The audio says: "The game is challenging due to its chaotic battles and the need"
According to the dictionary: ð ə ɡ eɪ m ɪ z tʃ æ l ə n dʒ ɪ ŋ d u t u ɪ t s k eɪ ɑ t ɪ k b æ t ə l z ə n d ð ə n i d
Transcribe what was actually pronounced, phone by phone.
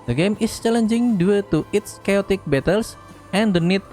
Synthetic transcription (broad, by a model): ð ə ɡ eɪ m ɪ s tʃ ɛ l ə n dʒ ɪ ŋ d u t u ɪ t s k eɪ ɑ t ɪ k b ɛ t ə l s ə n d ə n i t